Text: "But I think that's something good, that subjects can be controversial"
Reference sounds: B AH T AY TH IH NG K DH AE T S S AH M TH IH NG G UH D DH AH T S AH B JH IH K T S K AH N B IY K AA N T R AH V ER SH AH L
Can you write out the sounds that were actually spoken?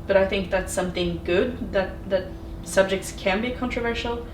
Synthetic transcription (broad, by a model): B AH T AY TH IH NG K DH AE T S S AH M TH IH NG G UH D DH AH T S AH B JH IH K T S K AH N B IY K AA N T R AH V ER SH L